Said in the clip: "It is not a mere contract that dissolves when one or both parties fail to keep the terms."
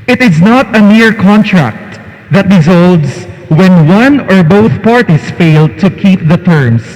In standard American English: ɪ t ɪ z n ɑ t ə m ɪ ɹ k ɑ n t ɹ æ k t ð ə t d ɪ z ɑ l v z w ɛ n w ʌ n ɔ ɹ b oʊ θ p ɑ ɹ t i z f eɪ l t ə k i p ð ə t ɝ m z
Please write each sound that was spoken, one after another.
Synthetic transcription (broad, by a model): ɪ t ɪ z n ɑ t ə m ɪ ɹ k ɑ n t ɹ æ k t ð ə t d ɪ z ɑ l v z w ɛ n w ʌ n ɔ ɹ b oʊ θ p ɑ ɹ t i s f eɪ l t ə k i p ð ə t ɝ m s